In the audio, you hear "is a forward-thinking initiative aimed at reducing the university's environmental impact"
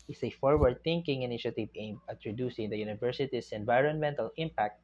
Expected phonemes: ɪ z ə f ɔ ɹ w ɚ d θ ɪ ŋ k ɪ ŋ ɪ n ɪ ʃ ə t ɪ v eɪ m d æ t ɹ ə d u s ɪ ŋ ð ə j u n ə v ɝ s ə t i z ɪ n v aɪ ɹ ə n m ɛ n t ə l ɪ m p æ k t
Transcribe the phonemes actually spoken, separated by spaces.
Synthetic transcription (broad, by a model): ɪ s ə f ɔ ɹ w ɚ d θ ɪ ŋ k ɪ ŋ ɪ n ɪ ʃ ə t ɪ v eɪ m ɪ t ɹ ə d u s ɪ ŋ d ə j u n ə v ɝ s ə t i s ɪ n v aɪ ɹ ə n m ɛ n t ə l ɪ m p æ k t